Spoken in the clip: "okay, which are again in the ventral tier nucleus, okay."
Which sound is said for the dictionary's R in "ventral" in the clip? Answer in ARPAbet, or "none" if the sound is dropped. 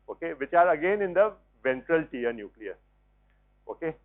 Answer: R